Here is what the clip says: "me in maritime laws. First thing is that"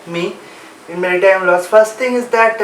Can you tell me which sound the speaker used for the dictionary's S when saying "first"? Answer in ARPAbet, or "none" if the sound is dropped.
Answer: S